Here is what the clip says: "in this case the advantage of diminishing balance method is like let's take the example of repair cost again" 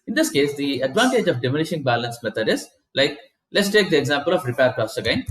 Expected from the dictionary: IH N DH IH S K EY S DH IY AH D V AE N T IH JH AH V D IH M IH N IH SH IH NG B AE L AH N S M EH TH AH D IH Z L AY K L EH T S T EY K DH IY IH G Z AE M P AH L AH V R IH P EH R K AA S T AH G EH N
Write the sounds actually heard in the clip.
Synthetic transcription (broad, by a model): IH N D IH S K EY S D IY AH D V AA N T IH JH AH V D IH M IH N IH SH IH NG B AE L AH N S M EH T AH D IH Z L AY K L EH T S T EY K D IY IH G Z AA M P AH L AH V R IH P EH R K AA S AH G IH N